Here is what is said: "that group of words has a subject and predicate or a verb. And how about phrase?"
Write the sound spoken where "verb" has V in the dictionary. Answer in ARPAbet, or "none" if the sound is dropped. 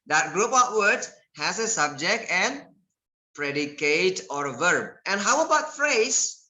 V